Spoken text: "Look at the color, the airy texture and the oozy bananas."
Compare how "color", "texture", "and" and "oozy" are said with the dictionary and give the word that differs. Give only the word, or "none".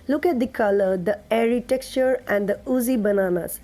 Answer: texture